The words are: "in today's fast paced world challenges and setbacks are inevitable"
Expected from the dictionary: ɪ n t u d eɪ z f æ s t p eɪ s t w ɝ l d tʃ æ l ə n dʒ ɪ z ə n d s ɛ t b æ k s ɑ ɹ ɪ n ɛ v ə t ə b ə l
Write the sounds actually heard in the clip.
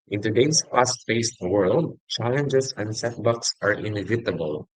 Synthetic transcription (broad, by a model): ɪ n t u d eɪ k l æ s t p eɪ s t w ɝ l d tʃ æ l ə n dʒ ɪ s ə n d s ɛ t b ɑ k s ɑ ɹ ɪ n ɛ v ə t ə b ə l